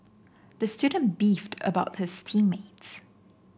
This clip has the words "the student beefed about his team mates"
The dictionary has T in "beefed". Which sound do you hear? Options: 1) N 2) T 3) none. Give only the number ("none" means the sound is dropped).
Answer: 2